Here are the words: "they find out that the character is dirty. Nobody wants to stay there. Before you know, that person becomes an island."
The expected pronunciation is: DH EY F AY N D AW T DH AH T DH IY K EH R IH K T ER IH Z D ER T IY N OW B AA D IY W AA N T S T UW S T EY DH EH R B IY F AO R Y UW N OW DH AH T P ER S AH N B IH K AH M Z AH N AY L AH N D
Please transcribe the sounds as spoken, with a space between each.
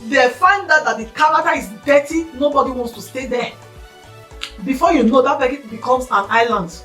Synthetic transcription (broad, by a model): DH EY F AY N D AW T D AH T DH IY K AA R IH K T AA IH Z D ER T IY N OW B AA D IY W AA N T S T UW S T EY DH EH B IY F AO Y UW N OW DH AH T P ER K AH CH B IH K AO M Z AH N AY L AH N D